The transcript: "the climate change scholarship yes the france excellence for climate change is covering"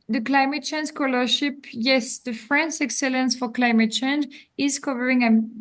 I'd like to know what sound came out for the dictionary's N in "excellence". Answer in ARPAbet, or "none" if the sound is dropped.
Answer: N